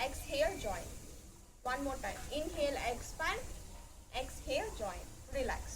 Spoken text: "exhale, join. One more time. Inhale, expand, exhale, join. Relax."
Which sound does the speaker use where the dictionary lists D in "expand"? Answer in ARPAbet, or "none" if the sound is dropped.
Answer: none